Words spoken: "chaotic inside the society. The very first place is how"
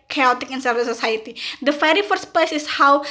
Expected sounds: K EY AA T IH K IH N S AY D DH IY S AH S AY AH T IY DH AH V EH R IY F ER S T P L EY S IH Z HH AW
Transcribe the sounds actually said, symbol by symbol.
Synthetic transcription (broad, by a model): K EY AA T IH K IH N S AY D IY S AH S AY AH T IY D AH F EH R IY F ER S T P L EY S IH S HH AW